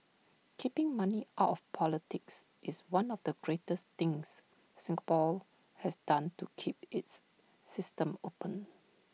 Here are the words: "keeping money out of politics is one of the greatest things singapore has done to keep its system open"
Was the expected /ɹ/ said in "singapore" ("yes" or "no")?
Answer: no